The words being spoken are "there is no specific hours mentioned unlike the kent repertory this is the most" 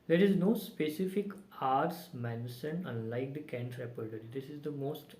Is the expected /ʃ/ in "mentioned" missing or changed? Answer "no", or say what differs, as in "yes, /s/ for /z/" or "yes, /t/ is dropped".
yes, /s/ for /ʃ/